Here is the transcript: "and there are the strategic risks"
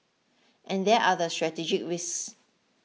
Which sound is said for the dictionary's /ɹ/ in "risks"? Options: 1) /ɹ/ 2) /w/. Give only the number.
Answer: 2